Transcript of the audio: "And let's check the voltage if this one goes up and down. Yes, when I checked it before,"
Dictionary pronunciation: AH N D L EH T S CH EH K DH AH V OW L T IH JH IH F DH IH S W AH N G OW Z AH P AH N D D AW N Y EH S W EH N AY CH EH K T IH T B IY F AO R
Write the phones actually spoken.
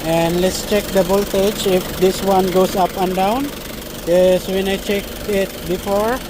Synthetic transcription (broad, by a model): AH N D L EH T S CH EH K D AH B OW L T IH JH IH F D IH S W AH N G OW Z AH P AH N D D AW N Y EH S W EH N AY CH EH K IH T B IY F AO R